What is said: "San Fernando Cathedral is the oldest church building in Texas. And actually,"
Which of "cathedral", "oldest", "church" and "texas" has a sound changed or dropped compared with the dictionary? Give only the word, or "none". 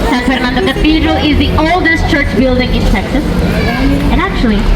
cathedral